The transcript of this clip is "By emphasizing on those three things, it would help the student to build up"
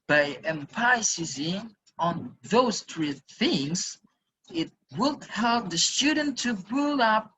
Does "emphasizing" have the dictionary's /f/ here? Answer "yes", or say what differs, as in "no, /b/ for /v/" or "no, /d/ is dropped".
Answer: no, /p/ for /f/